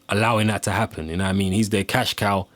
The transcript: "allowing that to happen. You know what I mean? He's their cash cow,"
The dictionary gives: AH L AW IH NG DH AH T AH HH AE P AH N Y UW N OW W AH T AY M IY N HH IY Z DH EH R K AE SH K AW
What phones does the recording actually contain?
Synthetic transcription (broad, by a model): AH L AW IH NG DH AH T AH HH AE P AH N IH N AY M IY N HH IY Z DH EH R K AE SH K AW